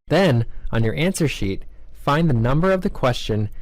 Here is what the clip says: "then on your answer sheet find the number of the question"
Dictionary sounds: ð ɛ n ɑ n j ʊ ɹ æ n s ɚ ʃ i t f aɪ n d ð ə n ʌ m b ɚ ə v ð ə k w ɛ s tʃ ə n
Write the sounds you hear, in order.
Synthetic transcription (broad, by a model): ð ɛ n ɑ n j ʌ ɹ æ n s ɚ ʃ i t f aɪ n ð ə n ʌ m b ɚ ə v ð ə k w ɛ s tʃ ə n